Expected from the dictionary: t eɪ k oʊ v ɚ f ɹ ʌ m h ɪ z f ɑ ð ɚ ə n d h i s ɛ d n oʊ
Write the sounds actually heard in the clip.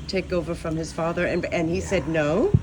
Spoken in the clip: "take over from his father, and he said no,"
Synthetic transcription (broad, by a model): t eɪ k oʊ v ɚ f ɹ ʌ m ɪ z f ɑ ð ɚ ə n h i s ɛ d n oʊ